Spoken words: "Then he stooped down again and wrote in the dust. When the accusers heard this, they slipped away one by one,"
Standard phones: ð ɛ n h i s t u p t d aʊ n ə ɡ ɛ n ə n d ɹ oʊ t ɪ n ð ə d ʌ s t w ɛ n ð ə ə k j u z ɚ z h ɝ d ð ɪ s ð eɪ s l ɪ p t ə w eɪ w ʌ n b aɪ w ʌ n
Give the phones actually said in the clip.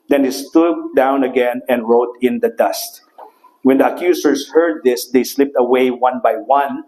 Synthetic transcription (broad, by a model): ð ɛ n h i s t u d d aʊ n ə ɡ ɛ n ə n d ɹ oʊ t ɪ n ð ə d ʌ s t w ɛ n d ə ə k j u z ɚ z h ɝ d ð ɪ s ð eɪ s l ɪ p t ə w eɪ w ʌ n b aɪ w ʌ n